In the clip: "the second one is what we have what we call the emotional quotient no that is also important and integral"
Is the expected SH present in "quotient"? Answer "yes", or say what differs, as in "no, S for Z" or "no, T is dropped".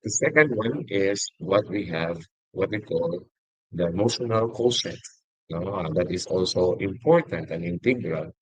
no, S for SH